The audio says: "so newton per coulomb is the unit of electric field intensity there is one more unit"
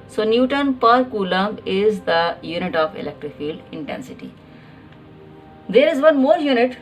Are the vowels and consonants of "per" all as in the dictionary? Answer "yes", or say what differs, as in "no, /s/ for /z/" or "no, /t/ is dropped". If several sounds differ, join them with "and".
yes